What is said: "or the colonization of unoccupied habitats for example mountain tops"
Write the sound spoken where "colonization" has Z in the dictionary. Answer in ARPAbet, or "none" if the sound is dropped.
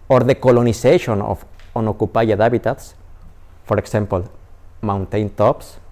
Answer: S